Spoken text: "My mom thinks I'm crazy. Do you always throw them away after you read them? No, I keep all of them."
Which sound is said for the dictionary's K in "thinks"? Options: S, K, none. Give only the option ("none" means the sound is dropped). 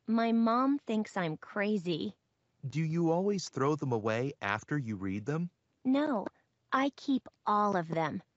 K